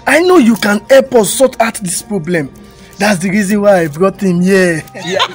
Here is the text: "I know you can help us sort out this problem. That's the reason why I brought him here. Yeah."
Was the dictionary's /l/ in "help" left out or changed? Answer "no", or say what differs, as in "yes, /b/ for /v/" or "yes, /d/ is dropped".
yes, /l/ is dropped